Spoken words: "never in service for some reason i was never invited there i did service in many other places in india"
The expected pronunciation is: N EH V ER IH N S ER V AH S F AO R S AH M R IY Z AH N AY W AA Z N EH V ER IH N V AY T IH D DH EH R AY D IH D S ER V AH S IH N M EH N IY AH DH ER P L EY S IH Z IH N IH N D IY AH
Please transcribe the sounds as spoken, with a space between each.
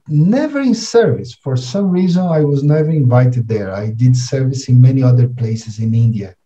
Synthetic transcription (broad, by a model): N EH V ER IH N S ER V AH S F AO R S AH M R IY Z AH N AY W AA Z N EH V ER IH N V AY T IH D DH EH R AY D IH D S ER V AH S IH N M EH N IY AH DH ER P L EY S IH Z IH N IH N D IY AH